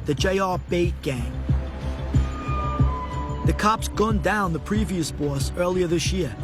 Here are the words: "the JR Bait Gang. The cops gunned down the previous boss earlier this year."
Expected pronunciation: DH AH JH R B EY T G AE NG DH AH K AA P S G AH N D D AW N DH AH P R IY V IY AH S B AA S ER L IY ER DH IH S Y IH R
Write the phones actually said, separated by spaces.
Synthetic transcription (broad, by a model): DH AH JH R B EY T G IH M DH AH K AA P S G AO N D D AW N DH AH P R IY V IY AH S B AA S ER L IY ER DH IH S Y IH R